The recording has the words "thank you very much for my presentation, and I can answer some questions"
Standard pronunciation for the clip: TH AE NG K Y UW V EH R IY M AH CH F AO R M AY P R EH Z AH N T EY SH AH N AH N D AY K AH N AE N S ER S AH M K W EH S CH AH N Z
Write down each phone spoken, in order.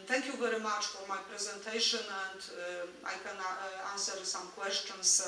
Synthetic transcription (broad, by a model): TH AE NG K Y UW V EH R IY M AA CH F AO R M AY P R EH Z AH N T EY SH AH N AH N D AY K AH N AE N S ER S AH M K W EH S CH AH N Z